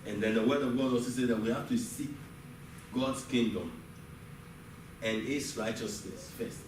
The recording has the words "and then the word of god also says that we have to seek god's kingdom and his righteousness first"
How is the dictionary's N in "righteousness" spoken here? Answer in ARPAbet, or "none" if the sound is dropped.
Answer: N